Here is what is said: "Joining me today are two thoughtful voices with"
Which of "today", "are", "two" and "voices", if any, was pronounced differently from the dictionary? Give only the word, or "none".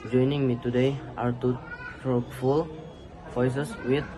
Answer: voices